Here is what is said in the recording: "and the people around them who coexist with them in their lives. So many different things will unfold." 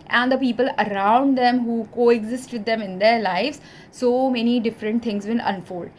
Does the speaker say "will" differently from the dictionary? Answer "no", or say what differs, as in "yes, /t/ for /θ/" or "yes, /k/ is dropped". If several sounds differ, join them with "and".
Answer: yes, /n/ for /l/